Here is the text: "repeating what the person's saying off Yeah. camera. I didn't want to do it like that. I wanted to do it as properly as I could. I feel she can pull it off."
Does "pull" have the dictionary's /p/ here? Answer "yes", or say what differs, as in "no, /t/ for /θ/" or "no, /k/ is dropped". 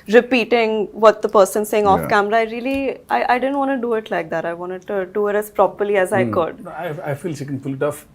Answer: no, /f/ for /p/